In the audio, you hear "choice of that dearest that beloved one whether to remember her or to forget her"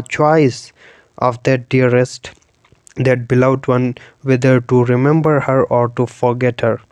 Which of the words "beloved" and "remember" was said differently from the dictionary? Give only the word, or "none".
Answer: beloved